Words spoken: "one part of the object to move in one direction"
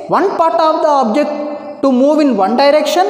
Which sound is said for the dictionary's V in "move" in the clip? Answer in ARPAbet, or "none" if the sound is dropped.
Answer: V